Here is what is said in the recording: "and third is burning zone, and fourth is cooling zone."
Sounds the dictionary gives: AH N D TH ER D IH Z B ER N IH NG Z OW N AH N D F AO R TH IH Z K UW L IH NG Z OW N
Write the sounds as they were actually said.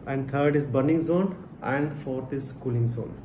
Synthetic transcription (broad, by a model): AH N D T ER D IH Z B ER N IH NG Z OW N AH N D F AO R T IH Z K UW L IH NG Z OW N